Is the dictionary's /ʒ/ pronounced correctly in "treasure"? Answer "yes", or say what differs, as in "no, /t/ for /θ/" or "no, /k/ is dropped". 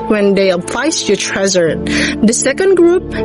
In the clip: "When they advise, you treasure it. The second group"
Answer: no, /z/ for /ʒ/